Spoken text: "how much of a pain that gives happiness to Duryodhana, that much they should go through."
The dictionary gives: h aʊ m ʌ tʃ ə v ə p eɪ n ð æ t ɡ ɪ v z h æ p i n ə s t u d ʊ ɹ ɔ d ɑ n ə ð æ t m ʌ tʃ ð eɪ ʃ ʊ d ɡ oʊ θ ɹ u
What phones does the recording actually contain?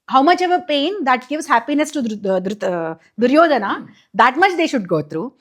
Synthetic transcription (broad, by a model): h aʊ m ʌ tʃ ə v ə p eɪ n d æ t ɡ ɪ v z h æ p i n ə s t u d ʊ ɹ ɔ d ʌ n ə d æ t m ʌ tʃ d eɪ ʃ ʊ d ɡ oʊ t ɹ u